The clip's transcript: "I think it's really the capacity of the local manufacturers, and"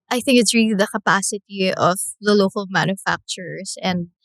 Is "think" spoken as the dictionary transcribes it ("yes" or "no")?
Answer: yes